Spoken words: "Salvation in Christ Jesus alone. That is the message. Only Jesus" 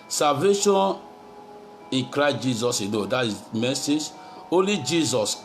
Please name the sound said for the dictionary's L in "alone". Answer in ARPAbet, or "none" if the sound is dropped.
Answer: N